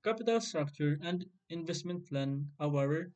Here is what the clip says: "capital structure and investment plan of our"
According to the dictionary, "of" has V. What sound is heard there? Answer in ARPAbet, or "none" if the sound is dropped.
W